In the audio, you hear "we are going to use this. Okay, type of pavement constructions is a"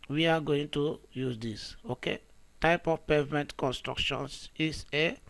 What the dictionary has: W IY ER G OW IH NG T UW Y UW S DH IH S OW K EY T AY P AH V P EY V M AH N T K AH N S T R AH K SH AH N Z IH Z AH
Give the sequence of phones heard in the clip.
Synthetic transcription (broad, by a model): W IY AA G OW IH NG T UW Y UW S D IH S OW K EY T AY P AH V P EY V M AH N T K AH N S T R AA K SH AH N S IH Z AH